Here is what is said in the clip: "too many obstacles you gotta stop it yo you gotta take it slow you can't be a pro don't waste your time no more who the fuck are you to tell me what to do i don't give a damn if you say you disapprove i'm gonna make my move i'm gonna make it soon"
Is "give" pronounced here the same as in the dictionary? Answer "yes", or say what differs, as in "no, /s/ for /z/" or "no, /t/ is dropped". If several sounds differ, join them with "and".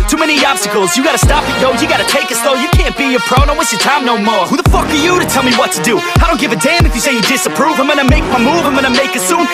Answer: yes